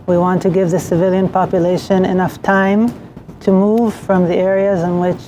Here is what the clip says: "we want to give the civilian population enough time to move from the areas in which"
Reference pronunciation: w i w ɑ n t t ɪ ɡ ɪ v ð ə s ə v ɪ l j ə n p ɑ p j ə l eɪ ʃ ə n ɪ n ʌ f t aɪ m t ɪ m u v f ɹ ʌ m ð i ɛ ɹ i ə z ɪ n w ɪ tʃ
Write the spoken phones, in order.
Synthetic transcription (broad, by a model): w i w ɑ n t t ɪ ɡ ɪ v ð ə s ə v ɪ l j ə n p ɑ p j ə l eɪ ʃ ə n ɪ n ʌ f t aɪ m t ɪ m u v f ɹ ʌ m ð i ɛ ɹ i ə z ɪ n w ɪ tʃ